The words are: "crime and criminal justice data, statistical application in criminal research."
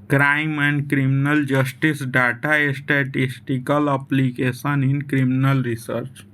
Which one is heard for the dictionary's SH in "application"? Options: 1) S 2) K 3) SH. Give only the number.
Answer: 1